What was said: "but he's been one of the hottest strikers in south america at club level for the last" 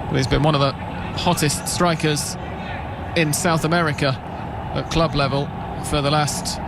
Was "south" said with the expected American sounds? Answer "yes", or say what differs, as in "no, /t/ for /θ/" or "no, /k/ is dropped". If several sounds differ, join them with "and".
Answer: yes